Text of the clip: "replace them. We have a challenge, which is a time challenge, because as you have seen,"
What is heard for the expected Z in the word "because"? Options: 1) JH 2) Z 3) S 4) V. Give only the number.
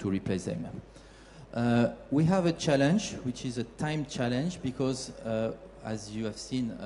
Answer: 2